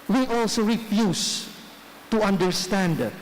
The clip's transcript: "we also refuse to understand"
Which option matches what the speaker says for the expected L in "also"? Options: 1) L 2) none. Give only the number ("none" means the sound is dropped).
1